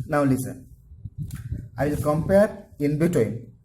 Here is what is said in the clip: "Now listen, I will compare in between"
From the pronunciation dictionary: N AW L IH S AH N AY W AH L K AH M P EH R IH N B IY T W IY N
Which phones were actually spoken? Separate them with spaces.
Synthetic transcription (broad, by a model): N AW L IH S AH N AY W AH L K AH M P EH R IH N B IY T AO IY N